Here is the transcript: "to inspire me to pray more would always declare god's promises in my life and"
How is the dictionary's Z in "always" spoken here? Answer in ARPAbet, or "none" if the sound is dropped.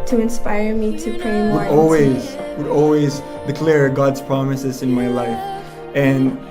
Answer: Z